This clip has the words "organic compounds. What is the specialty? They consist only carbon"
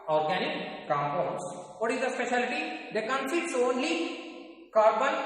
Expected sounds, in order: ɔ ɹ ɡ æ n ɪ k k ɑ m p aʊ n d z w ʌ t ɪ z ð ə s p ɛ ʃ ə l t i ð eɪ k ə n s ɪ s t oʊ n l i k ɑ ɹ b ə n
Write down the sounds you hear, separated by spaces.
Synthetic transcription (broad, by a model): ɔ ɹ ɡ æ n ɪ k k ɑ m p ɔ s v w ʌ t ɪ z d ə s p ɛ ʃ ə l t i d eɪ k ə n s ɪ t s oʊ n l i k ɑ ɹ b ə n